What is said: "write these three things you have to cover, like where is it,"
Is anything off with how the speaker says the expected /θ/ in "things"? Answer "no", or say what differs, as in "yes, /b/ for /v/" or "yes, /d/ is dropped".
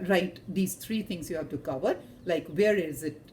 yes, /t/ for /θ/